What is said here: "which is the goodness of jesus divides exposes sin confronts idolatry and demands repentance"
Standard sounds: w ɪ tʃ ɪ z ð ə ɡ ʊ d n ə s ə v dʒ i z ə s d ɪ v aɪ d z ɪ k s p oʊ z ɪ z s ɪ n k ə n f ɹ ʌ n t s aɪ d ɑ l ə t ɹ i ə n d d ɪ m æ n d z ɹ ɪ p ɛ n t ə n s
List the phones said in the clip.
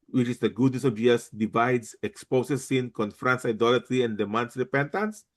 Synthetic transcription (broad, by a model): w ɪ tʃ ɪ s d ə ɡ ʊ d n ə s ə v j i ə s d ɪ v aɪ d s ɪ k s p oʊ s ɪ s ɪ n k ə n f ɹ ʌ n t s aɪ d ɑ l ə t ɹ i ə n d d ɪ m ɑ n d s ɹ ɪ p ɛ n t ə n s